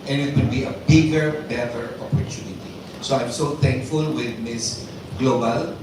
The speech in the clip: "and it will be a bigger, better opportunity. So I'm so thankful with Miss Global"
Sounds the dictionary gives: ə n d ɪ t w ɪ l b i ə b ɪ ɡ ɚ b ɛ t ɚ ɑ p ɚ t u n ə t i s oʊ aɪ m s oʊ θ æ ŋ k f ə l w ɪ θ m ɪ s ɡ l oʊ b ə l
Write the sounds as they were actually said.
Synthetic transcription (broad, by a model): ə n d ɪ t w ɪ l b i ə b ɪ ɡ ɚ b ɛ t ɚ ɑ p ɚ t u n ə t i s oʊ aɪ m s oʊ t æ ŋ k f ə l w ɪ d m ɪ s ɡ l oʊ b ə l